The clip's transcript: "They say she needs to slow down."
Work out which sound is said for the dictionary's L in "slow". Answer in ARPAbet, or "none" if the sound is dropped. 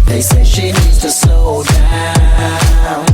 none